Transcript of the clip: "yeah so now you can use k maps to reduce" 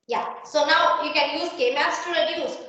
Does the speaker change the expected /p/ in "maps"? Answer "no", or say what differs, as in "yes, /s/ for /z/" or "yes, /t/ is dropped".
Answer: yes, /p/ is dropped